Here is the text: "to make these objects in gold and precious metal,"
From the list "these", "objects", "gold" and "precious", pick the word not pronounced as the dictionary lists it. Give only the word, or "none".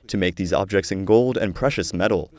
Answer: none